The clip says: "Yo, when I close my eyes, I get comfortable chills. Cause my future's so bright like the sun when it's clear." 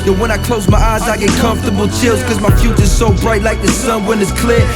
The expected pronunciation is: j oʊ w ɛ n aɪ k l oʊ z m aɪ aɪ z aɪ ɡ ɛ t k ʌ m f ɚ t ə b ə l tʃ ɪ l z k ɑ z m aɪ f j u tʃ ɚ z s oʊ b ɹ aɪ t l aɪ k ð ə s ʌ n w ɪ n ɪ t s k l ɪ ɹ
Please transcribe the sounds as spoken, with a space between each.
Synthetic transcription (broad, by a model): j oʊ w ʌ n aɪ k l oʊ z m aɪ aɪ z aɪ ɡ ɛ t k ʌ m f t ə b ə l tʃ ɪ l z k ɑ z m aɪ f j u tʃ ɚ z s oʊ b ɹ aɪ t l aɪ k ð ə s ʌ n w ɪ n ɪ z k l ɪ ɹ